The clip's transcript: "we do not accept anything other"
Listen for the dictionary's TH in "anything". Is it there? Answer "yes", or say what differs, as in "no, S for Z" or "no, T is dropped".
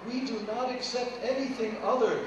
yes